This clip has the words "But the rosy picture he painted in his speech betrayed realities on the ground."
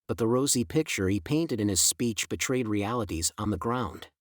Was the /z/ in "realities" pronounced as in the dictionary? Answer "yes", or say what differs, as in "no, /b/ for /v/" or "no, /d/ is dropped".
yes